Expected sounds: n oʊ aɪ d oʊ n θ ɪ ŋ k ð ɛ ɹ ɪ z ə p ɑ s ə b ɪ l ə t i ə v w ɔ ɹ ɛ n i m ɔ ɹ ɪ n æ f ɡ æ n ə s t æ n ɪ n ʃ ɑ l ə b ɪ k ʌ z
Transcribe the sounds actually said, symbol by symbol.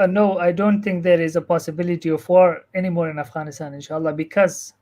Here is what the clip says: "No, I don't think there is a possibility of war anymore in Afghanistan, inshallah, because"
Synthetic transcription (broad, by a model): n oʊ aɪ d oʊ n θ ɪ ŋ k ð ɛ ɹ ɪ z ə p ɑ s ə b ɪ l ə t i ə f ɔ ɹ ɛ n i m ɔ ɹ ɪ n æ f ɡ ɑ n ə s t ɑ n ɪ n ʃ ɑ l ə b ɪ k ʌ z